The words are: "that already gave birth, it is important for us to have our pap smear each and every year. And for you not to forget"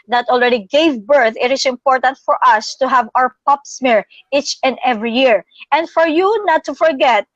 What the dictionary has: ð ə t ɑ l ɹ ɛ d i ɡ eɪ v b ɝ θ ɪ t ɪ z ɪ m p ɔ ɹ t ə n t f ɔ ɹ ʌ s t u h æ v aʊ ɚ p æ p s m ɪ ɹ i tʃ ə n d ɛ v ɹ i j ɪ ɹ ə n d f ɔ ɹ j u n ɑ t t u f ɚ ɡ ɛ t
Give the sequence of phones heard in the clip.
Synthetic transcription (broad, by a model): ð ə t ɑ l ɹ ɛ d i ɡ eɪ v b ɝ θ ɪ t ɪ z ɪ m p ɔ ɹ t ə n t f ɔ ɹ ʌ s t u h æ v aʊ ɚ p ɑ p s m ɪ ɹ i tʃ ə n d ɛ v ɹ i j ɪ ɹ ə n d f ɔ ɹ j u n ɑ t t u f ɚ ɡ ɛ t